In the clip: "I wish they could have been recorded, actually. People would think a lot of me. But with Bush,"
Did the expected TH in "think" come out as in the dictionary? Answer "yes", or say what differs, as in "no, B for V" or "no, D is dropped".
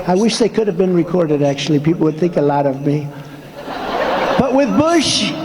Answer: yes